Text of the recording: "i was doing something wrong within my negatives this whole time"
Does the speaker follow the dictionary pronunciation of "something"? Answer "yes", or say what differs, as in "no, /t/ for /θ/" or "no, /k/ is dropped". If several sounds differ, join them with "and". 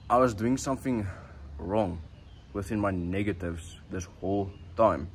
yes